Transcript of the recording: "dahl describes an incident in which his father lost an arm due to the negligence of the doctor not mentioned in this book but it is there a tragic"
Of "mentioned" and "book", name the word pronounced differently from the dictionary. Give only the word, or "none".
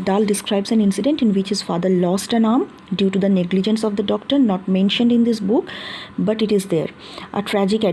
none